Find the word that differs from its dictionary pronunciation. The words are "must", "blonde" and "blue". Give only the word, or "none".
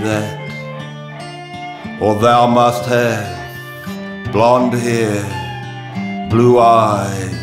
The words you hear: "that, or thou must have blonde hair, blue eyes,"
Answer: none